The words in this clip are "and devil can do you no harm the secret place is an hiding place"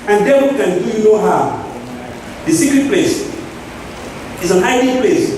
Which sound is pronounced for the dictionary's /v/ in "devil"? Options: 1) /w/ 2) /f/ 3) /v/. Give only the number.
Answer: 1